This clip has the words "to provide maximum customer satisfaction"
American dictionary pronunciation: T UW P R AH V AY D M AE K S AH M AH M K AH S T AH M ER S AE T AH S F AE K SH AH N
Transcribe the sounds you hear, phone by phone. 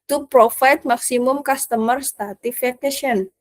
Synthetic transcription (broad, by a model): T UW P R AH F AY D M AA K S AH M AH M K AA S T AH M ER S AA T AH F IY K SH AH N